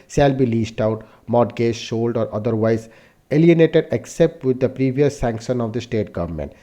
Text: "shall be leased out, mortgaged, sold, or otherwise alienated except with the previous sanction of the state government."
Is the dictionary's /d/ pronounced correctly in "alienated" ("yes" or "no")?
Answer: yes